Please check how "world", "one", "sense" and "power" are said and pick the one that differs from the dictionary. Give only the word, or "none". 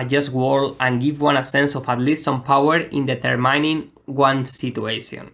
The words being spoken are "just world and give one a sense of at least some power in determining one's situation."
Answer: world